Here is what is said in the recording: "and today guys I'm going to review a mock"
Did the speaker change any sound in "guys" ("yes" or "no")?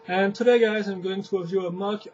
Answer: no